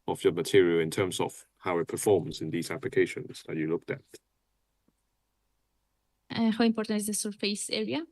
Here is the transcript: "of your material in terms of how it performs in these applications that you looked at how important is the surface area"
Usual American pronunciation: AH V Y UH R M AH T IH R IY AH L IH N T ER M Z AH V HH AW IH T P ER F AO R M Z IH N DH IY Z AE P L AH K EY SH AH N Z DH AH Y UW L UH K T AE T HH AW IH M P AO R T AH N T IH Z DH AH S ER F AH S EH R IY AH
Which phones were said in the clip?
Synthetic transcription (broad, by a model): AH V Y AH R M AH T IH R IY AH L IH N T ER M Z AH V HH AW IH T P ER F AO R M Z IH N DH IY Z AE P L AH K EY SH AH N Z DH AH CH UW L UH K T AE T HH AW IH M P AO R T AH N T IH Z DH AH S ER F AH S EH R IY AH